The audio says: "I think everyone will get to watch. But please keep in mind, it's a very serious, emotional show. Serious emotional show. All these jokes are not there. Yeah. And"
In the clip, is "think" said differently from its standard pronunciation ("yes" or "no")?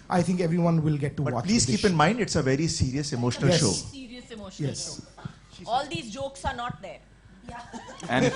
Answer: yes